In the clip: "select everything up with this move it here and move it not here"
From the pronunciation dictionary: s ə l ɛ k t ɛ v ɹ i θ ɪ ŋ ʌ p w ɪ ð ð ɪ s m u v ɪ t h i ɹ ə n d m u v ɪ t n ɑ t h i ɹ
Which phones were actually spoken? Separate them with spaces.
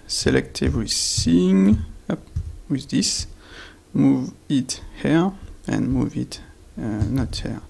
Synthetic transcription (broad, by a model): s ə l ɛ k t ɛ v w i s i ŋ ʌ p w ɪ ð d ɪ s m u v ɪ t h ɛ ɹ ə n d m u v ɪ t n ɑ t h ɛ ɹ